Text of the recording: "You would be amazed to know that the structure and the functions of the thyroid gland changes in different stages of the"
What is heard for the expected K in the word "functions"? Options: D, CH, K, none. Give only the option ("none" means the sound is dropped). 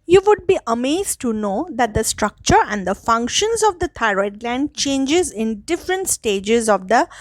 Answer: K